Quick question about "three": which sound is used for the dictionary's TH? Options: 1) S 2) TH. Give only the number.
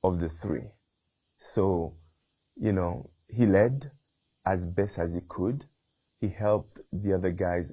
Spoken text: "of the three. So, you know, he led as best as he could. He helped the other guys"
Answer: 2